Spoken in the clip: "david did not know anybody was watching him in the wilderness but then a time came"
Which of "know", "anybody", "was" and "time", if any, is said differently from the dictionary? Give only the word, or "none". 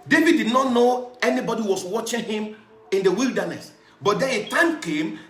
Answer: was